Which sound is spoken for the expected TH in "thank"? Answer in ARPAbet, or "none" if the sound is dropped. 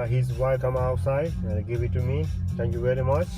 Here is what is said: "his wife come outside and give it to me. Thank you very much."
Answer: T